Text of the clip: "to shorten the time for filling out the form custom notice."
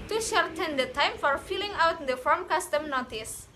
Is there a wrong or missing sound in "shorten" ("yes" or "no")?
no